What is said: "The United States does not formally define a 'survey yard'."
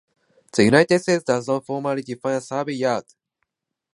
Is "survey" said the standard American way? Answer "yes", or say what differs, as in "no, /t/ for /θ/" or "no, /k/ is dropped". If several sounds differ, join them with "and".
no, /b/ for /v/